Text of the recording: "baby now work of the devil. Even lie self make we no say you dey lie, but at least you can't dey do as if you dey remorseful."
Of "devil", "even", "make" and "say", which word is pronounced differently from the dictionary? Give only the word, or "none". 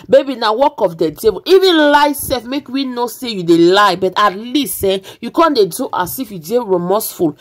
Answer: devil